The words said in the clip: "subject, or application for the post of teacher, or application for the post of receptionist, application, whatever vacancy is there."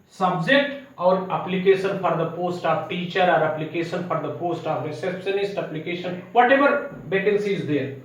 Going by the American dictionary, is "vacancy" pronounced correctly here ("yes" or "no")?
no